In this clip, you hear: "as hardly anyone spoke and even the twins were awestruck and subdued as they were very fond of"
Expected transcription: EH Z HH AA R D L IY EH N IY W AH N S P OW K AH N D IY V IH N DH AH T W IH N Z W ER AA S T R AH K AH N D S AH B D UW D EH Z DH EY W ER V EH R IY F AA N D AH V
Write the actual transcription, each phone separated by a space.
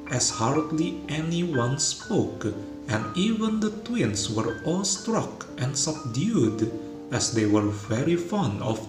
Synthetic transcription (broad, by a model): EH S HH AA R D L IY EH N IY W AH N S P OW K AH N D IY V IH N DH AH T W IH N S W ER AA S T R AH K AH N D S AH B D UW D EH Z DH EY W ER V EH R IY F AA N D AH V